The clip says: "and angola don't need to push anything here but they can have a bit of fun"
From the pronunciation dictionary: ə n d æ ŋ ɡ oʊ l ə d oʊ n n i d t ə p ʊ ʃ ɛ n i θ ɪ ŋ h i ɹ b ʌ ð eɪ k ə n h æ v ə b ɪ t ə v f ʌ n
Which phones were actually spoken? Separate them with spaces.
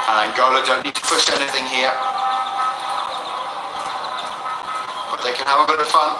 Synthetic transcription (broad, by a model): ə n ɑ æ ɡ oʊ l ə d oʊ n n i d t ə p ʊ ʃ ɛ n i θ ɪ ŋ h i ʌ b ʌ ð eɪ k ə n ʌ v ə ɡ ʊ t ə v f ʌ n